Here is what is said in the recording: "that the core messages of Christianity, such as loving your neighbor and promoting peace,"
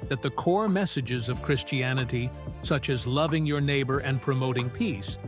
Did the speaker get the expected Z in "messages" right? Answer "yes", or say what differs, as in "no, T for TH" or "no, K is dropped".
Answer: yes